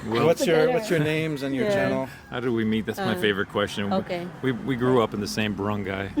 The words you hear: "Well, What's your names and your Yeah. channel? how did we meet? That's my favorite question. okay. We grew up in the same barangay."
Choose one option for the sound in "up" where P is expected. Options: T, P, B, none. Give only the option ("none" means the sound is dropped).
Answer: P